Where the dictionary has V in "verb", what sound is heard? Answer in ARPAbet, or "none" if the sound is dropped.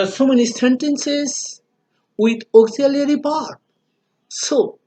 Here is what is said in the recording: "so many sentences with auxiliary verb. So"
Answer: P